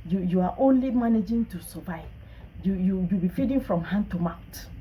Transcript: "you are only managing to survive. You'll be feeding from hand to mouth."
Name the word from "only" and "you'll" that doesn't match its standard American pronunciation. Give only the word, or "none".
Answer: you'll